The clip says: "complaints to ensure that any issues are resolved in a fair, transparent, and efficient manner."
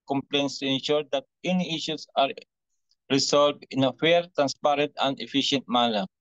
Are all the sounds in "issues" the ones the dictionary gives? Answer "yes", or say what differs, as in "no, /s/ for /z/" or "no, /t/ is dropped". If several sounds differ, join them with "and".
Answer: no, /s/ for /z/